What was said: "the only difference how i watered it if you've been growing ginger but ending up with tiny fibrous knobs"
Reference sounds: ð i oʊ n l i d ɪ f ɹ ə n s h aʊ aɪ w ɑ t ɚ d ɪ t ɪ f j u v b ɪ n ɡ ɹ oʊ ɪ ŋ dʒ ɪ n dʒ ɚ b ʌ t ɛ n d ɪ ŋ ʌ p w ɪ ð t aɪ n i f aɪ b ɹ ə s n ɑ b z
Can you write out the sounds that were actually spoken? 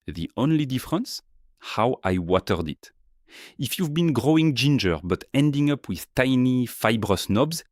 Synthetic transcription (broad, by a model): ð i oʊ n l i d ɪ f ɹ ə n s h aʊ aɪ w ɑ t ɚ d ɪ t ɪ f j u v b ɪ n ɡ ɹ oʊ ɪ ŋ dʒ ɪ n dʒ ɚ b ʌ t ɛ n d ɪ ŋ ʌ p w ɪ ð t aɪ n i f aɪ b ɹ ə s n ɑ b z